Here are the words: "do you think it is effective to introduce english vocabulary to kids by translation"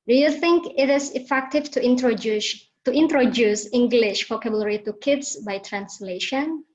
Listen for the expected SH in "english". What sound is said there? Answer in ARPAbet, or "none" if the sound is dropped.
SH